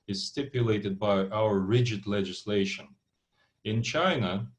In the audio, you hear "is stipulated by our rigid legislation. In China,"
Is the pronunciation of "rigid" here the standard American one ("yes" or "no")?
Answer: yes